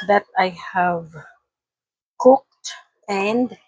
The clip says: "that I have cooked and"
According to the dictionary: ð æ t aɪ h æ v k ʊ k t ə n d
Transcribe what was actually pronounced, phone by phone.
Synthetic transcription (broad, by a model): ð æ t aɪ h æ v k ʊ k t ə n d